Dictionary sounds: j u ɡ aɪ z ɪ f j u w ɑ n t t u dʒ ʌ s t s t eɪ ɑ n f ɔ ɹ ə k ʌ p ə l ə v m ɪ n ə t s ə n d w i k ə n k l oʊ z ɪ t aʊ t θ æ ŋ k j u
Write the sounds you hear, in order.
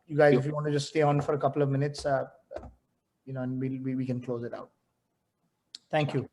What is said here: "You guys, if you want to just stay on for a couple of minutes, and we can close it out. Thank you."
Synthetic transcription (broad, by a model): j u ɡ aɪ z ɪ f j u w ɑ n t t u dʒ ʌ s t s t eɪ ɑ n f ɔ ɹ ə k ʌ p ə l ə v m ɪ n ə t s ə n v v i k ə n k l oʊ z ɪ t aʊ t t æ ŋ k j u